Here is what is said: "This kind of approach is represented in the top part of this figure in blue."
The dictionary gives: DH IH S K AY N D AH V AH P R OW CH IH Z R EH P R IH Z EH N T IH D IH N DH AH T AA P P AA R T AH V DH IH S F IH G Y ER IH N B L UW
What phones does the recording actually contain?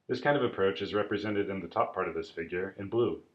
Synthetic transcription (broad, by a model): DH IH S K AY N D AH V AH P R OW CH IH Z R EH P R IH Z EH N T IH D IH N DH AH T AA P P AA R T AH V DH IH S F IH G Y ER IH N B L UW